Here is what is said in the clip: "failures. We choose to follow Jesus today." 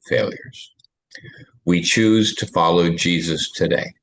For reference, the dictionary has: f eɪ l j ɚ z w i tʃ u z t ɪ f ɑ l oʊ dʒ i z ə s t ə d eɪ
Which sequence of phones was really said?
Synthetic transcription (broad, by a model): f eɪ l j ɚ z w i tʃ u z t ɪ f ɑ l oʊ dʒ i z ə s t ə d eɪ